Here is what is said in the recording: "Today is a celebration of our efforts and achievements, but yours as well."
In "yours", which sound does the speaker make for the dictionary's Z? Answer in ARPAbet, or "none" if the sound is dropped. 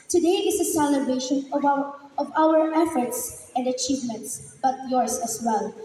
S